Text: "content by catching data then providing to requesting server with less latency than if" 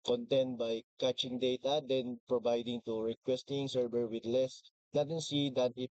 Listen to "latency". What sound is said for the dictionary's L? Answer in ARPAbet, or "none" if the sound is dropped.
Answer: N